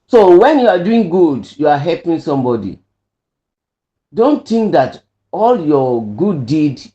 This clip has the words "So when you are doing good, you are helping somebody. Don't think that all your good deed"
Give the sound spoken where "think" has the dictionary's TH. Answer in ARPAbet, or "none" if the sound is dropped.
T